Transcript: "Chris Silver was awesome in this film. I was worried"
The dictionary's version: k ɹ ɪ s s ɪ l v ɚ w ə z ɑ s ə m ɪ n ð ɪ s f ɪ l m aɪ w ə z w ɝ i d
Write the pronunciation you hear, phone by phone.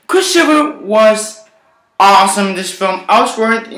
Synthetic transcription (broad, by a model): k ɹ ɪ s ʃ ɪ v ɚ w ə z ɑ s ə m ɪ n ð ɪ s f ɪ l m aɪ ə s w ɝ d